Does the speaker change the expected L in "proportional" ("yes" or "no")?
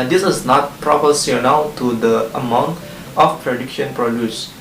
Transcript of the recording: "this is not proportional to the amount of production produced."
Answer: yes